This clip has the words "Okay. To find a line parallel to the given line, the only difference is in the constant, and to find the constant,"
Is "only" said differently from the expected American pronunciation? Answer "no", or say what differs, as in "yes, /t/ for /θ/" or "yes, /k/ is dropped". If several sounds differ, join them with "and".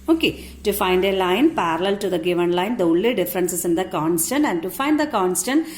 yes, /n/ is dropped